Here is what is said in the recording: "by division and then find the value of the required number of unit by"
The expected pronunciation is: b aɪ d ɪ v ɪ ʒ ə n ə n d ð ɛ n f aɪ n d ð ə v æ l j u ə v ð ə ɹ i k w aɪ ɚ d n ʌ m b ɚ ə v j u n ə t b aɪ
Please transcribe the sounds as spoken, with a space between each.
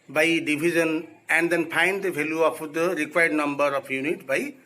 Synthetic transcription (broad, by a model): b aɪ d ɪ b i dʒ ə n ə n d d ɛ n p aɪ n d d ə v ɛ l j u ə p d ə ɹ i k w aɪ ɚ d n ʌ m b ɚ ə p j u n ə t b aɪ